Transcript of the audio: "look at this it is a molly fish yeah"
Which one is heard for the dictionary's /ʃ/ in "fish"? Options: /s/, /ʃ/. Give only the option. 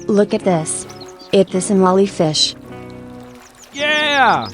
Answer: /ʃ/